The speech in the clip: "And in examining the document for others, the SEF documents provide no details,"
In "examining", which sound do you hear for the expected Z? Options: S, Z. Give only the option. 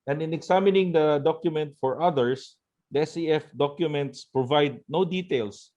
S